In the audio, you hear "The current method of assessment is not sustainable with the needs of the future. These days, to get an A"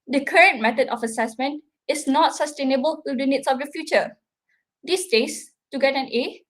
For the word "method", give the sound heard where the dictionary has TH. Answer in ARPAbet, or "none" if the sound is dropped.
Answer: T